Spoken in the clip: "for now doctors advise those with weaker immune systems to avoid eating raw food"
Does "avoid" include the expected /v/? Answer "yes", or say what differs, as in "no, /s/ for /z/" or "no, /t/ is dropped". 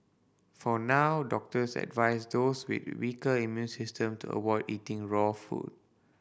no, /w/ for /v/